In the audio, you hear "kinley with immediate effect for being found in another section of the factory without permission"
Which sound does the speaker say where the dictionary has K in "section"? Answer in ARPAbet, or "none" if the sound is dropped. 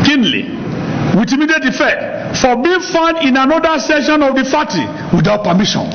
none